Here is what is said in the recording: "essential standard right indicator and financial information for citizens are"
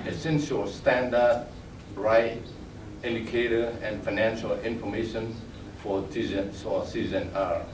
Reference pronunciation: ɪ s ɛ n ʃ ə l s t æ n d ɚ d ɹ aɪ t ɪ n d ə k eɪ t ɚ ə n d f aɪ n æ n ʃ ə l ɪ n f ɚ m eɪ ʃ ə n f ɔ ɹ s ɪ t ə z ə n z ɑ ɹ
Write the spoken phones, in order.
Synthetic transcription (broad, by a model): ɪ s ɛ n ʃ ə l s t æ n d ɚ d ɹ aɪ t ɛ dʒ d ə k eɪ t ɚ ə n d f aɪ n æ n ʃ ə l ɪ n f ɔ m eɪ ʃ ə n f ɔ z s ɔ s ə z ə n ɑ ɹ